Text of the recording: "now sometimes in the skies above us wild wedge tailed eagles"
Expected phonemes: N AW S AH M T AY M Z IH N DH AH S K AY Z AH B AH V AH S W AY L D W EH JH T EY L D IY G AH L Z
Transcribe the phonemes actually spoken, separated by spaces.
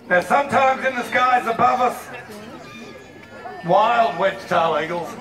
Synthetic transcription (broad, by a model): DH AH S AH M T AY M Z IH N DH AH S K AY Z AH B AH V AH S W AY L D W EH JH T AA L IY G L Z